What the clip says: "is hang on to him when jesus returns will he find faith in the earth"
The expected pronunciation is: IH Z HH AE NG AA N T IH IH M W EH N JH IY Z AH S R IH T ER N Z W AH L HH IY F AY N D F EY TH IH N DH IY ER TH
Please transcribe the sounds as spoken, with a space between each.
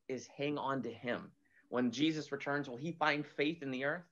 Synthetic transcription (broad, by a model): IH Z HH AE NG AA N T IH IH M W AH N JH IY Z AH S R IH T ER N Z W AH L IY F AY N D F EY TH IH N DH IY ER TH